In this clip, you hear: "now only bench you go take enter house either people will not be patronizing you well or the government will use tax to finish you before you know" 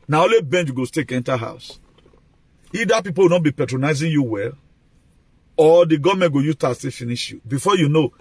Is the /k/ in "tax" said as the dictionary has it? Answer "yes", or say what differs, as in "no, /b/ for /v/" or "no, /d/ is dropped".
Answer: no, /k/ is dropped